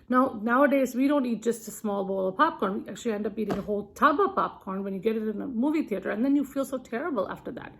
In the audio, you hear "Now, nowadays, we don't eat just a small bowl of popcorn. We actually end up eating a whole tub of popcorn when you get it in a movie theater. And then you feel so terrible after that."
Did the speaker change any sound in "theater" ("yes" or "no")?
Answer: no